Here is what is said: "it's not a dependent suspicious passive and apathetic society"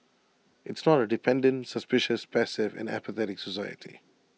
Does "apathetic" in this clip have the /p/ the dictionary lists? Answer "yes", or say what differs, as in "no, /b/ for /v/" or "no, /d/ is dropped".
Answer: yes